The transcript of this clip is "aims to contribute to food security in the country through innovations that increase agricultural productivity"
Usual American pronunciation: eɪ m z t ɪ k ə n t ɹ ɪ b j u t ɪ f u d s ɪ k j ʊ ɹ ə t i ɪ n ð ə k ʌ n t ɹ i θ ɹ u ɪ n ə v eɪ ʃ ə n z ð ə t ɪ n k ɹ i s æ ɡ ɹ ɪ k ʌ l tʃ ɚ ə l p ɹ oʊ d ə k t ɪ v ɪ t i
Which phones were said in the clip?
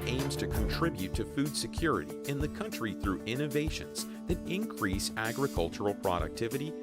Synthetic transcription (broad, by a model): eɪ m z t ɪ k ə n t ɹ ɪ b j u t ɪ f u d s ɪ k j ʊ ɹ ə t i ɪ n ð ə k ʌ n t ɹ i θ ɹ u ɪ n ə v eɪ ʃ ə n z ð ə t ɪ n k ɹ i s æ ɡ ɹ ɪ k ʌ l tʃ ɚ l p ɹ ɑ d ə k t ɪ v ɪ t i